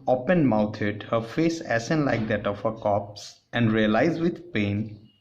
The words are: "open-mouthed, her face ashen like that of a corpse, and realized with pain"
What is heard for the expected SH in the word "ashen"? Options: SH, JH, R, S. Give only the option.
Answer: S